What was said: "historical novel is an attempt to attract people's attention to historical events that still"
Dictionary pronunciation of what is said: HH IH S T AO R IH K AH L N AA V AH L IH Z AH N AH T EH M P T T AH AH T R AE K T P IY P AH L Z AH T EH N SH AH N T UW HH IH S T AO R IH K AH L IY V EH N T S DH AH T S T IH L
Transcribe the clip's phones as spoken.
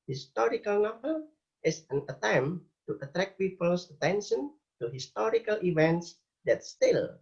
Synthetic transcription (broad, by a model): HH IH S T AO R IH K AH L N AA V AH L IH S AH N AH T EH M T T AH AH T R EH K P IY P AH L S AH T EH N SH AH N T UW HH IH S T AO R IH K AH L IY V EH N T S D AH T S T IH L